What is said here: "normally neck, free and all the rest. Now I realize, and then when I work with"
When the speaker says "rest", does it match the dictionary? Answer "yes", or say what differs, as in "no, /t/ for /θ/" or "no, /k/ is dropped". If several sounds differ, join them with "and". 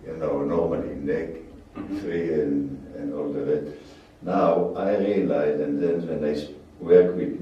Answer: no, /s/ is dropped